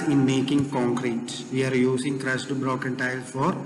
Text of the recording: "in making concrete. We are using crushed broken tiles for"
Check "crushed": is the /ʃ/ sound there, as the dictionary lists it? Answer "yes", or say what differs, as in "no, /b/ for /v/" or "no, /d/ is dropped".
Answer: no, /s/ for /ʃ/